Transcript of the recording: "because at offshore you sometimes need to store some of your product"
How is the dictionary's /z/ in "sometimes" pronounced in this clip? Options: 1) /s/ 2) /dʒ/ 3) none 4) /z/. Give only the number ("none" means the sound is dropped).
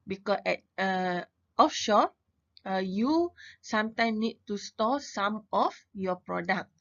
3